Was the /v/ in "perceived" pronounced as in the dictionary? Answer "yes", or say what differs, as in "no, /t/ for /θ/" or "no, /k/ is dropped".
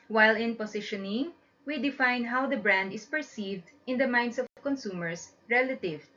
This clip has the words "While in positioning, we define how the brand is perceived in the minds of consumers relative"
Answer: yes